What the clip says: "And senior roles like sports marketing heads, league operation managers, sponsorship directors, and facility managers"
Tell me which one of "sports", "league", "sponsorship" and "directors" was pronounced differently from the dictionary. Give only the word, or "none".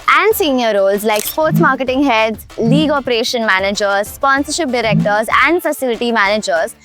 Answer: none